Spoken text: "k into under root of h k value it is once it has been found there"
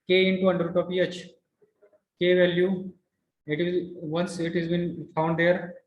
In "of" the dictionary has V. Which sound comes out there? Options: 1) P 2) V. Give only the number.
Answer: 1